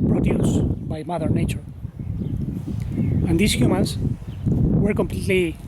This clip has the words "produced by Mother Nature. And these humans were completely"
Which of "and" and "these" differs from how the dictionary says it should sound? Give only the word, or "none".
these